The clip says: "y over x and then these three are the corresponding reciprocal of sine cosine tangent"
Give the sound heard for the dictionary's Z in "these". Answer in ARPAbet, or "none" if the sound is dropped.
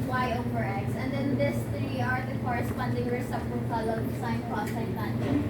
S